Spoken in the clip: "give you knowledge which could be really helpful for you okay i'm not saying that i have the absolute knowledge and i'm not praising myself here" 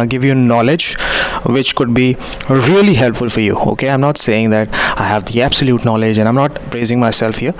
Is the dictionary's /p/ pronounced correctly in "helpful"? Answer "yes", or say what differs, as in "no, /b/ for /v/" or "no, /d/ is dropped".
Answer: yes